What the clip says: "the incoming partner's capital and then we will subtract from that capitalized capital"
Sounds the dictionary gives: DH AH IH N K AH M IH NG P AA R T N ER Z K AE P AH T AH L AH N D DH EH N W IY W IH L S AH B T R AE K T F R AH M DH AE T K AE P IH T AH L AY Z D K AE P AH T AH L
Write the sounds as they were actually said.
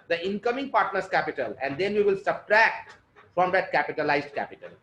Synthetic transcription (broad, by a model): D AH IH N K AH M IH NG P AA R T N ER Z K AE P AH T AH L AH N D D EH N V IY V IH L S AH B T R AE K T F R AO M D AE T K AE P IH T AH L AY Z D K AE P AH T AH L